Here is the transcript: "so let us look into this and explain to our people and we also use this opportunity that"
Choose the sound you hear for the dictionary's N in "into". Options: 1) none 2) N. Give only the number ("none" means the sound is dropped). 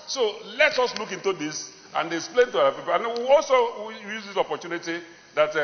2